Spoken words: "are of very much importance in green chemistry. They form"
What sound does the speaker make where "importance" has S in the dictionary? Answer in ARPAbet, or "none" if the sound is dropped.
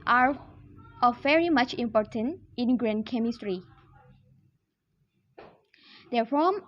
none